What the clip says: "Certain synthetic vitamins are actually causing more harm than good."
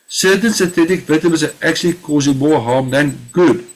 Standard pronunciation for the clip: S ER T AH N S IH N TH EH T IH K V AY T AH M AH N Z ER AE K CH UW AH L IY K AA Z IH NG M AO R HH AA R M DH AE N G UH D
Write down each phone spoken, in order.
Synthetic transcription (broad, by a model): S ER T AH N S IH TH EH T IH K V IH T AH M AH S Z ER AE K CH UW AH L IY K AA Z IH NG M AO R HH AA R M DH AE N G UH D